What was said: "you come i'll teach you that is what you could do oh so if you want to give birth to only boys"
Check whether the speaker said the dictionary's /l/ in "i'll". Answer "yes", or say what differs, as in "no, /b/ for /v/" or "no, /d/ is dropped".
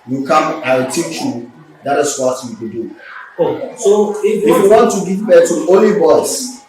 no, /w/ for /l/